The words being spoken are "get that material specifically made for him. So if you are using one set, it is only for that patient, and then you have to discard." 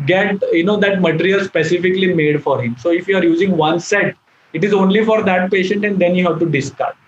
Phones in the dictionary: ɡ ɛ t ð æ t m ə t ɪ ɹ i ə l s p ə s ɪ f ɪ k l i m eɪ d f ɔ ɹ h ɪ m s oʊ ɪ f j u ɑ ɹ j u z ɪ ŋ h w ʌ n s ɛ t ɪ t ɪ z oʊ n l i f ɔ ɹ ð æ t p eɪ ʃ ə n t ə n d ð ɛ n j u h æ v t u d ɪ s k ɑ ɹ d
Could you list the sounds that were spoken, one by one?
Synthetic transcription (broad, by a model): ɡ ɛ t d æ t m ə t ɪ ɹ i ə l s p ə s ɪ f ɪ k l i m eɪ d f ɔ ɹ h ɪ m s oʊ ɪ f j u ɑ ɹ j u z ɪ ŋ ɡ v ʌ n s ɛ t ɪ t ɪ z oʊ n l i f ɔ ɹ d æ t p eɪ ʃ ə n t ə n d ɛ n j u h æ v t u d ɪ s k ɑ ɹ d